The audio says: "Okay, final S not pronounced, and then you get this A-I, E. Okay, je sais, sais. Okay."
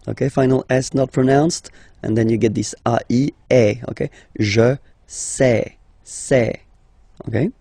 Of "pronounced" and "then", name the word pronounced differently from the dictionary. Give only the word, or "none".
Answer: none